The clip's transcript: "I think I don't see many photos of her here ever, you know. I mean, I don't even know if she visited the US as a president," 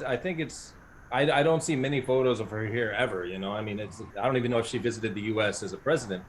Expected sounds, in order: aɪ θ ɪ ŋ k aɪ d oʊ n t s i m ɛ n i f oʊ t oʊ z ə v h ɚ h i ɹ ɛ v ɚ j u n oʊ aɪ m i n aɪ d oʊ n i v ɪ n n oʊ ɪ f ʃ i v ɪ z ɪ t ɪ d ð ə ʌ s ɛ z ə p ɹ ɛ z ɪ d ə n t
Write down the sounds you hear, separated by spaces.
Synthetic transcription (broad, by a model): aɪ θ ɪ ŋ k aɪ d oʊ n t s i m ɛ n i f oʊ t oʊ z ə v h ɚ h i ɹ ɛ v ɚ j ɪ n oʊ aɪ m i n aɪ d oʊ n i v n n oʊ ɪ f ʃ i v ɪ z ɪ t ɪ d ð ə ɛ s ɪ z ə p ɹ ɛ z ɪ d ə n t